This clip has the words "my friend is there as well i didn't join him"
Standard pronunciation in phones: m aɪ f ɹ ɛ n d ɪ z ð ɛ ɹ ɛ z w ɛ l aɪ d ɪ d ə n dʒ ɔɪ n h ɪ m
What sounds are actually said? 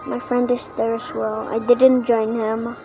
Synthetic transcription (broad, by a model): m aɪ f ɹ ɛ n d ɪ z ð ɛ ɹ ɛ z w ɛ l aɪ d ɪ d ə n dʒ ɔɪ n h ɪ m